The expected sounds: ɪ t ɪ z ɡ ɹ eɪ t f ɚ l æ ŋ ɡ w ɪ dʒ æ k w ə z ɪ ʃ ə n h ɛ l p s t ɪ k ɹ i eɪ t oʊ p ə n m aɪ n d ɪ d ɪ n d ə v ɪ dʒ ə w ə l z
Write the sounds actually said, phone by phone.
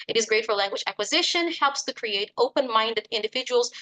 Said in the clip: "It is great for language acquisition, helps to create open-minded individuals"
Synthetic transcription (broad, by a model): ɪ t ɪ z ɡ ɹ eɪ t f ɚ l æ ŋ ɡ w ɪ dʒ æ k w ə z ɪ ʃ ə n h ɛ l p s t ɪ k ɹ i eɪ t oʊ p ə n m aɪ n d ɪ d ɪ n d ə v ɪ dʒ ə w l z